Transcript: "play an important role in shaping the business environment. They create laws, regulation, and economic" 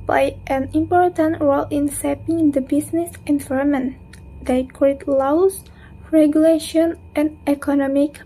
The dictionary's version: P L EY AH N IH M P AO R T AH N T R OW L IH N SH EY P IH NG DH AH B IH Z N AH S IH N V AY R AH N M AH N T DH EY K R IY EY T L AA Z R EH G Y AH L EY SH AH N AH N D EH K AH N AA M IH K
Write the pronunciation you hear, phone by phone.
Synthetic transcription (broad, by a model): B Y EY AH N IH M P AO R T AH N T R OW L IH N S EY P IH NG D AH B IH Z N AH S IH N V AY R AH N M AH N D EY K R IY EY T L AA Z R EH G Y AH L EY SH AH N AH N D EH K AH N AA M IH K